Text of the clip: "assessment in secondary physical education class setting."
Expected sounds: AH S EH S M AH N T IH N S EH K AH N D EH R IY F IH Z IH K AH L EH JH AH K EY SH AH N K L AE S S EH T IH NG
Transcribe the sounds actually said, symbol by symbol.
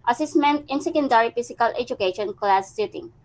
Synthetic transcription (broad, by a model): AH S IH S M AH N T IH N S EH K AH N D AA R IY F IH S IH K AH L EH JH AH K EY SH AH N K L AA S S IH T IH NG